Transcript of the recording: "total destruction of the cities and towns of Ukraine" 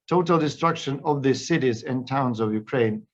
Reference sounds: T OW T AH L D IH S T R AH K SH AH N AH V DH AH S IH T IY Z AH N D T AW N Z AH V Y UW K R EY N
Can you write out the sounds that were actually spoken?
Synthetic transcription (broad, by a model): T OW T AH L D IH S T R AH K SH AH N AH V DH AH S IH T IY Z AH N T AW N Z AH V Y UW K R EY N